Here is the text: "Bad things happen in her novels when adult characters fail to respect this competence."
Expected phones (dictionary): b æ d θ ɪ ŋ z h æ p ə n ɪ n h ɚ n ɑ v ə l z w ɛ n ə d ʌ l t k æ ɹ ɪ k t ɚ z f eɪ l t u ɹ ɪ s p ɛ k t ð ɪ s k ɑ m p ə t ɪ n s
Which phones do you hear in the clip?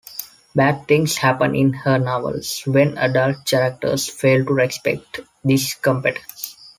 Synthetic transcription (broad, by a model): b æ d t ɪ ŋ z h æ p ə n ɪ n h ɚ n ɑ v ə l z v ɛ n ə d ʌ l t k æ ɹ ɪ k t ɚ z f eɪ l t u ɹ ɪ s p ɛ k t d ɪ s k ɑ m p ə t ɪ s